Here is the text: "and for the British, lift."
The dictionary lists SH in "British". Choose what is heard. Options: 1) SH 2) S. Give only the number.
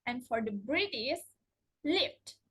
2